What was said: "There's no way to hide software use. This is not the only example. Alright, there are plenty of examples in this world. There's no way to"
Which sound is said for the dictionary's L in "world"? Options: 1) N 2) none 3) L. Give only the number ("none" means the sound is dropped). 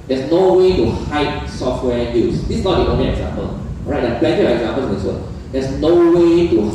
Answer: 2